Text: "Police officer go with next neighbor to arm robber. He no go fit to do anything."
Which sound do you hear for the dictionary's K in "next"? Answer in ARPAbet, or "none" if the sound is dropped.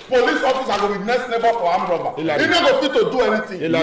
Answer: none